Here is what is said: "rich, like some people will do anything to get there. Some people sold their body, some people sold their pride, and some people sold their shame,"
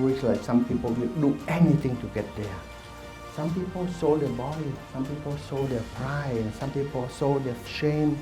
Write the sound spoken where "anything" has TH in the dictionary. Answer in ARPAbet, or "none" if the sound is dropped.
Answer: T